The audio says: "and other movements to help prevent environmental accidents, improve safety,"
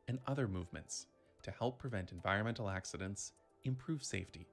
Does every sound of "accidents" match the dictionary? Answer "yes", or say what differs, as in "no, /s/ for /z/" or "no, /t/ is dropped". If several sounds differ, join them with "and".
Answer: yes